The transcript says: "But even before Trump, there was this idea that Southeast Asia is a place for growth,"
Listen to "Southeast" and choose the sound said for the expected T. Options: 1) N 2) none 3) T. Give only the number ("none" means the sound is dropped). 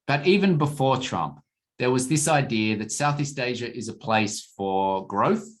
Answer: 3